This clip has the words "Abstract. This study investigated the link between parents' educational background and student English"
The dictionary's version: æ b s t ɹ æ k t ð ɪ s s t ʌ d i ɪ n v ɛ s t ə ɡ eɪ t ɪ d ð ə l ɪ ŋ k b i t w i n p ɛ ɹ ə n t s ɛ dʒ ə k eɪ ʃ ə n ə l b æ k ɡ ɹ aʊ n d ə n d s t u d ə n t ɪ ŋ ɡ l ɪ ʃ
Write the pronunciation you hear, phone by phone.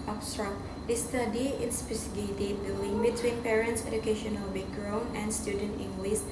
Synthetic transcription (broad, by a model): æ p s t ɹ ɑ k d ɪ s s t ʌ d i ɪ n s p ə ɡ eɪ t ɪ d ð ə l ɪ ŋ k b i t w i n p ɛ ɹ ə n t s ɛ dʒ ə k eɪ ʃ ə n ə l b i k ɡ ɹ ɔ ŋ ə n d s t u d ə n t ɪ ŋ ɡ l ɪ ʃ